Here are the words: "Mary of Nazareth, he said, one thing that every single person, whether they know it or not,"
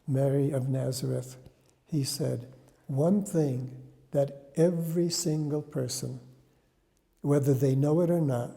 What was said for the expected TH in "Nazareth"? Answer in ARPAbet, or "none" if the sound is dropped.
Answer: TH